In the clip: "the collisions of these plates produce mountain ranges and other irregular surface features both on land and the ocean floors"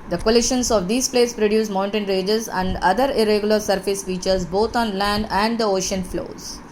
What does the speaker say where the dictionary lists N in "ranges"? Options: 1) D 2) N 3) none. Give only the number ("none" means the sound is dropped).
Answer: 3